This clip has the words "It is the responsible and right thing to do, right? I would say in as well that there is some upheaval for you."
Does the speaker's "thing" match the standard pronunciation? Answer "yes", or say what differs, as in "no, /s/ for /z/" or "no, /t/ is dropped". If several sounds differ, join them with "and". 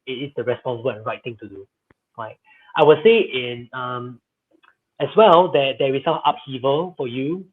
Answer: no, /t/ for /θ/